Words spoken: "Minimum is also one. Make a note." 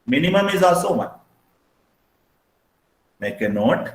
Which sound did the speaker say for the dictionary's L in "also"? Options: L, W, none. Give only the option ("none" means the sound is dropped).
none